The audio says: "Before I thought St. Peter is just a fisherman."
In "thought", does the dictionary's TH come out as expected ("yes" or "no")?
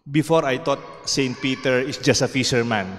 no